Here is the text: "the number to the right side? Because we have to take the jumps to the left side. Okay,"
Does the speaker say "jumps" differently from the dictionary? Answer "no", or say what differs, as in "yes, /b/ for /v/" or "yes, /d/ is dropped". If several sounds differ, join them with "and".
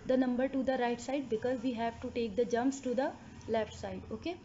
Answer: no